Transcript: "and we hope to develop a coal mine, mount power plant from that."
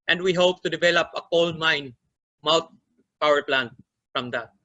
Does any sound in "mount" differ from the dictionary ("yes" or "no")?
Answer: yes